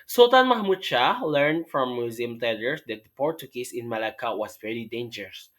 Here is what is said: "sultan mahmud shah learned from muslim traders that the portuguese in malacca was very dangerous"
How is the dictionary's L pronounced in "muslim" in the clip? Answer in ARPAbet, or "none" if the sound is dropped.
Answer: none